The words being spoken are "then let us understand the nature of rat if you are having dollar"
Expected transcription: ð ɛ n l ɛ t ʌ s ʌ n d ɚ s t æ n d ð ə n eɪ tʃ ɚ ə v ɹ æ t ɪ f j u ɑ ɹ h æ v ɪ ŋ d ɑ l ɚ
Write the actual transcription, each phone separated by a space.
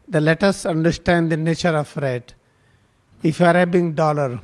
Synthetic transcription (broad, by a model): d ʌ l ɛ t ʌ s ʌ n d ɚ s t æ n d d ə n eɪ tʃ ɚ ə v ɹ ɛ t ɪ f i ɑ ɹ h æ b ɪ ŋ d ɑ l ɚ